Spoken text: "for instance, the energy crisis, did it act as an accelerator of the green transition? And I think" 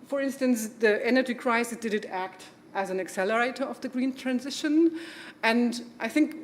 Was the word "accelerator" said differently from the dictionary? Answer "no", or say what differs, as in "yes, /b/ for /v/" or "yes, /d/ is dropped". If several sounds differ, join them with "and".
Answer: no